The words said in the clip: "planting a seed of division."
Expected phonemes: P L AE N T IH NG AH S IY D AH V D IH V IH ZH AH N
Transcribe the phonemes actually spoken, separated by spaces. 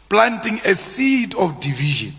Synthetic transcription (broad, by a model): P L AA N T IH NG AH S IY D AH F D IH V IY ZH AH N